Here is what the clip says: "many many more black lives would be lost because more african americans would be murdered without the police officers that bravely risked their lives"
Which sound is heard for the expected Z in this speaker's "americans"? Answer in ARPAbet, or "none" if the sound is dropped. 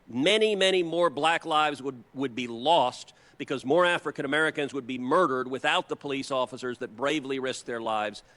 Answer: Z